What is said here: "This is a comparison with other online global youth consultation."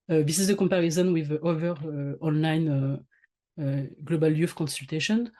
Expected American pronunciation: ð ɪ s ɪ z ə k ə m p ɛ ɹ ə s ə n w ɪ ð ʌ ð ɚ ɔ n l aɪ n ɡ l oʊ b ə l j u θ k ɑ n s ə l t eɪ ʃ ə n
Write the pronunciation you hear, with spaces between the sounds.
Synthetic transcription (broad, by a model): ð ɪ s ɪ z ə k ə m p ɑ ɹ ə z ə n w ɪ ð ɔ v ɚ ɔ n l aɪ n ɡ l oʊ b ə l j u f k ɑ n s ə l t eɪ ʃ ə n